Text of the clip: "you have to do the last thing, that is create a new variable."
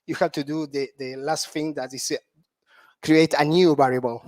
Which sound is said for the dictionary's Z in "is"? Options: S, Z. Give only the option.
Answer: S